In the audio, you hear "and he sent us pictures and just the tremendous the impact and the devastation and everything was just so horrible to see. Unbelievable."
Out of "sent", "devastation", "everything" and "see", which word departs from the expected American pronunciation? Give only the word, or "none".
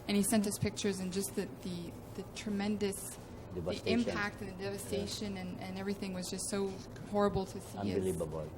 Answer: none